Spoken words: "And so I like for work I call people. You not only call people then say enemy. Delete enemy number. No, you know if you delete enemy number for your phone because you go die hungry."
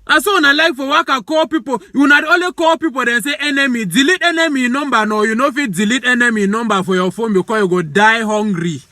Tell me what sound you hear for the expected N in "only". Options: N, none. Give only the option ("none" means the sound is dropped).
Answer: none